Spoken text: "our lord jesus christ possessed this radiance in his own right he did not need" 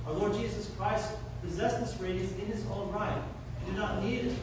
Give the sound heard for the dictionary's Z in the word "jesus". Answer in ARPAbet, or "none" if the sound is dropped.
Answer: Z